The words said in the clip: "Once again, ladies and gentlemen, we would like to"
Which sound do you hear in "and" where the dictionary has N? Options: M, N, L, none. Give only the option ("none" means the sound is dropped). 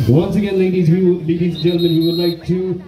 L